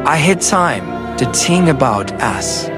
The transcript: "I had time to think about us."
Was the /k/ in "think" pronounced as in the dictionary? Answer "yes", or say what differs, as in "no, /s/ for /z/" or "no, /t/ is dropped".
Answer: no, /k/ is dropped